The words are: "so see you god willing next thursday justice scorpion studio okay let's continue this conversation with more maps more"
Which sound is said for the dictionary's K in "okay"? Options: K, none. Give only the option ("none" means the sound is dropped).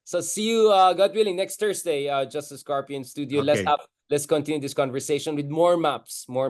none